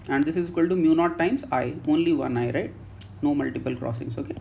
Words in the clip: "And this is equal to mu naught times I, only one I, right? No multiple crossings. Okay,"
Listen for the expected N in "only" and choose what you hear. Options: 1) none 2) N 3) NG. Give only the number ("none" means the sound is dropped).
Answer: 2